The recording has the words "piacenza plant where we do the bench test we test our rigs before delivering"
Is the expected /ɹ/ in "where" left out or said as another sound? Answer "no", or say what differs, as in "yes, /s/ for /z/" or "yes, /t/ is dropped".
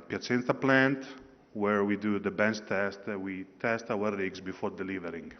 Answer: no